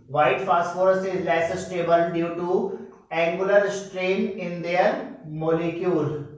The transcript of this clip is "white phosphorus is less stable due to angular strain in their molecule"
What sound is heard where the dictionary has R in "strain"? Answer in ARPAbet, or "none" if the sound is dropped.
R